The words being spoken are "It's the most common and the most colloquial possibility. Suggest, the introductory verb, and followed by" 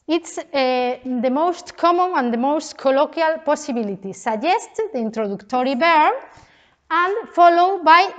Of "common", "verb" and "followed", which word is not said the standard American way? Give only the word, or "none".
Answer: verb